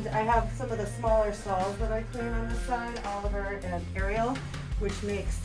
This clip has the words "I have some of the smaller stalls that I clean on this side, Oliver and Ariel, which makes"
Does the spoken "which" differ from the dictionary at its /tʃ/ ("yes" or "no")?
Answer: no